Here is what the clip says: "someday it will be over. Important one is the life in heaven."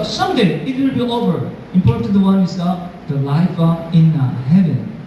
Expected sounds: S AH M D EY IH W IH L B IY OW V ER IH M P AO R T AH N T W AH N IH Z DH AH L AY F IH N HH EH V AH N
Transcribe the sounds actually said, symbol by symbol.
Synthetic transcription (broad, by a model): S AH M D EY IH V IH N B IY OW V ER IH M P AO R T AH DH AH W AH N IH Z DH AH L AY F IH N HH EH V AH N